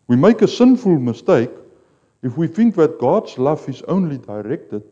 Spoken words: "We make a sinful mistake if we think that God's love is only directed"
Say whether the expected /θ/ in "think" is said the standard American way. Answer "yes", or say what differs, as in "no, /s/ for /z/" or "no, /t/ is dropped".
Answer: yes